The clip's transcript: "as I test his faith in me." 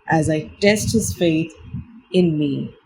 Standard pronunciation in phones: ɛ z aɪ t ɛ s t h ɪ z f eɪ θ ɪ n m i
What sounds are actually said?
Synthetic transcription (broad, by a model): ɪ z aɪ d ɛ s t h ɪ z f eɪ θ ɪ n m i